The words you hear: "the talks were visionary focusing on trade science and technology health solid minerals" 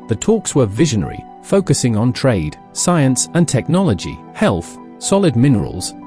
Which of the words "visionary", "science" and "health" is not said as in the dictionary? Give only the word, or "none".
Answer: none